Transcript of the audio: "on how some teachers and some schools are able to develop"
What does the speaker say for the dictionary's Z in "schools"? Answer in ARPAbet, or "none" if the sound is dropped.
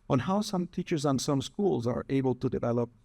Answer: Z